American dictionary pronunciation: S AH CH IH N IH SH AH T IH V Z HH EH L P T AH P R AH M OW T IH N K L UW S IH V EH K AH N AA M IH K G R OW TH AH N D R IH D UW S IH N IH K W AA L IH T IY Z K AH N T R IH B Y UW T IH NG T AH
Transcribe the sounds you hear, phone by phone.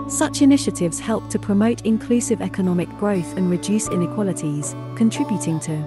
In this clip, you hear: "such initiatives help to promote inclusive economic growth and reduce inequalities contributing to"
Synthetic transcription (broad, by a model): S AH CH IH N IH SH AH T IH V Z HH EH L P T AH P R AH M OW T IH N K L UW S IH V EH K AH N AA M IH K G R OW TH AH N R IH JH UW S IH N IH K W AA L IH T IY Z K AH N T R IH B Y UW T IH NG T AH